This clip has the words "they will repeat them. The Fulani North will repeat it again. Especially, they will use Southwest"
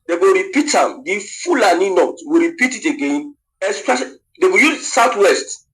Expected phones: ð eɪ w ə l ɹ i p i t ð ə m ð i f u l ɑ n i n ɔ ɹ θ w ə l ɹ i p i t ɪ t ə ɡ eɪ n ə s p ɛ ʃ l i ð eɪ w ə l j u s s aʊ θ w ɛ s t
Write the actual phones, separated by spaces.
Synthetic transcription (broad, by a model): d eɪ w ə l ɹ i p i t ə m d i f u l ɑ n i n ɔ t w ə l ɹ i p i t ɪ t ə ɡ eɪ n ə s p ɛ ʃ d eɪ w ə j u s s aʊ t w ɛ s t